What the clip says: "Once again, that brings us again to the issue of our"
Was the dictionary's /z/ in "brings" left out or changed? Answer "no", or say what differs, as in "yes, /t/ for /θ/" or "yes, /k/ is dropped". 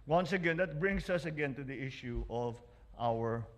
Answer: yes, /s/ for /z/